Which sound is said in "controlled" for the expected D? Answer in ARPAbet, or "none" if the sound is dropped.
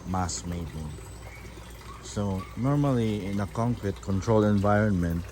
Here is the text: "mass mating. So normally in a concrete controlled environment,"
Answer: none